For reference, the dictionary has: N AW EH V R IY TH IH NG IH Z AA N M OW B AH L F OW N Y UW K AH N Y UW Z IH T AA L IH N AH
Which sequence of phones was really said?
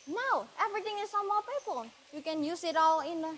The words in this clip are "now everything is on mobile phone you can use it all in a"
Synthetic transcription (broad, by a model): N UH EH V R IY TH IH NG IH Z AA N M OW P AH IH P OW L Y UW K AH N Y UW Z IH T AA L IH N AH